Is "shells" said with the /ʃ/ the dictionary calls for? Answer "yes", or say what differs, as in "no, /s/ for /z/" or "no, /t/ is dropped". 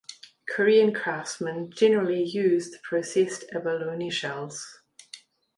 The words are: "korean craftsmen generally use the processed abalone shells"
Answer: yes